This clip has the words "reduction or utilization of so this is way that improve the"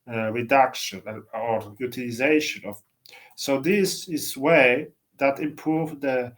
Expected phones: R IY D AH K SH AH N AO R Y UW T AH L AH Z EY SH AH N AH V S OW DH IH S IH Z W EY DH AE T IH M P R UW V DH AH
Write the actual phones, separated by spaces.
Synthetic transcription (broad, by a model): R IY D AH K SH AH N AO R Y UW T AH L AH Z EY SH AH N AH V S OW DH IH S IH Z W EY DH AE T IH M P R UW V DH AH